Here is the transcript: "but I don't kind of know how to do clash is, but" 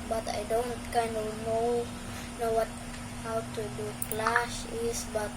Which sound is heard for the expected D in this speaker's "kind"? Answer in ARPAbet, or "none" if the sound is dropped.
D